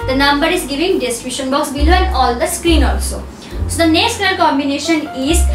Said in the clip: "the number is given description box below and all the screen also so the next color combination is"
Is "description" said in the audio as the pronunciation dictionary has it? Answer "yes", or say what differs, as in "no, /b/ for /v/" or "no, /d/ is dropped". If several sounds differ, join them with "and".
no, /p/ is dropped